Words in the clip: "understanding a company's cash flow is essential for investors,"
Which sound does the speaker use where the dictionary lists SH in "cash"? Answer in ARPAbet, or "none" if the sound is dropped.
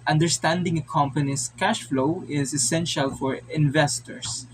SH